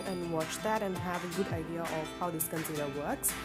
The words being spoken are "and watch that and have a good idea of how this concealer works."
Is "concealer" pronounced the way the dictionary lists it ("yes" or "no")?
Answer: no